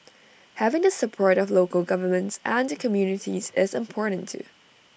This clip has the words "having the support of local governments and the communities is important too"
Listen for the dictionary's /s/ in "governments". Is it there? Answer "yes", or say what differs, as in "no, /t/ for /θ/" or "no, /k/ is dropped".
yes